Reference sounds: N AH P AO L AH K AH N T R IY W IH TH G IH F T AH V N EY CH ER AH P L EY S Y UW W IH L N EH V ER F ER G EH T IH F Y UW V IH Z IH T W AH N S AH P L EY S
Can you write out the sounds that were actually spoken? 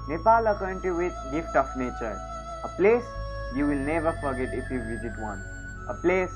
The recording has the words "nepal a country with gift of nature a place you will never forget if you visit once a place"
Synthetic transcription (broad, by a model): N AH P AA L AH K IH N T IY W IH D G IH F T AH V N EY CH ER AH P L EY S Y UW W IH L N EH V ER F ER G EH T IH F Y UW V IH Z IH T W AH N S AH P L EY S